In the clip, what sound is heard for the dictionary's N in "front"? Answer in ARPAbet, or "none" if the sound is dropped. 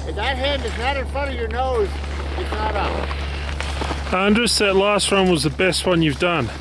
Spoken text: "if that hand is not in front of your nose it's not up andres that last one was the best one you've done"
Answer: none